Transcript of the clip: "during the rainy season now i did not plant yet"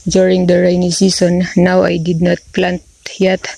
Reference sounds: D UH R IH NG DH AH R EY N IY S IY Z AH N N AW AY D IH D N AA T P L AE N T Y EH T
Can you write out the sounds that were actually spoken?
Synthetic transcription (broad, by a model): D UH R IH NG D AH R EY N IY S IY S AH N N AW AY D IH D N AA T P L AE N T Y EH T